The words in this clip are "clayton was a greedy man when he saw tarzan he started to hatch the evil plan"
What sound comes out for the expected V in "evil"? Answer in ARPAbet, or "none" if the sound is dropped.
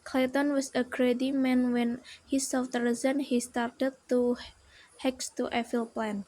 F